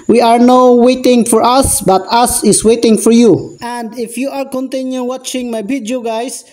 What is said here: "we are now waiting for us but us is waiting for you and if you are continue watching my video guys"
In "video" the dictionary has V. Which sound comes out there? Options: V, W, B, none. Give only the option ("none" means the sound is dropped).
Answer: B